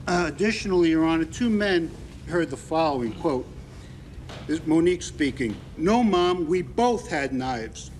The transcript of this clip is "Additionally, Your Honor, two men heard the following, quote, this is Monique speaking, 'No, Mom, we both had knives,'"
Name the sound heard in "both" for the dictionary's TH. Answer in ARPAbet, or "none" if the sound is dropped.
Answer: TH